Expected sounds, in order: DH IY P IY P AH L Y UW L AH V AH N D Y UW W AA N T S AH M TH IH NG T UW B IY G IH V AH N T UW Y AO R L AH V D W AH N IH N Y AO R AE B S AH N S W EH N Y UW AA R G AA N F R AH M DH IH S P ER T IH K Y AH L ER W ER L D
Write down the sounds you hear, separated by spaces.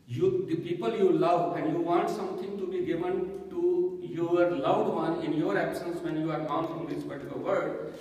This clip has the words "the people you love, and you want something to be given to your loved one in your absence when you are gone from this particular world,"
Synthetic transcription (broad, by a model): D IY P IY P AH L Y UW L AH V AH N D Y UW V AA N T S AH M T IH NG T UW B IY G IH V AH N T UW Y AO R L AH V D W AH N IH N Y AO R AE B S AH N S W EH N Y UW AA R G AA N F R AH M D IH S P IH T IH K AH L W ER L D